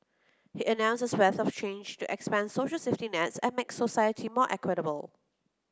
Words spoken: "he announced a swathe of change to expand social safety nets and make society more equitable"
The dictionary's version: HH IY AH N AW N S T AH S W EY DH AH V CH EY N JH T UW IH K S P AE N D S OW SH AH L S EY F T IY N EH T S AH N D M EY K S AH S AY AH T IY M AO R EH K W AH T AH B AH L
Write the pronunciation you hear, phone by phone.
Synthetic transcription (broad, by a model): HH IY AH N AW N S AH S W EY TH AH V CH EY N JH T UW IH K S P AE N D S OW SH AH L S EY F T IY N EH T S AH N M EY K S AH S AY AH T IY M AO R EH K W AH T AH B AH L